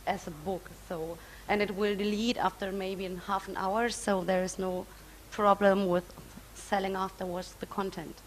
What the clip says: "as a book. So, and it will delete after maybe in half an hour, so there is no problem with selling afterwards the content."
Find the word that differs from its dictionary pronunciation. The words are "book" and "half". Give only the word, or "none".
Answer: none